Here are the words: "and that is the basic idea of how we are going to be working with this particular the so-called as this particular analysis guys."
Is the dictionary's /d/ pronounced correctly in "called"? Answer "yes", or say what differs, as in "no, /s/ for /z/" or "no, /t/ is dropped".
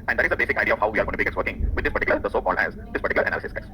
no, /d/ is dropped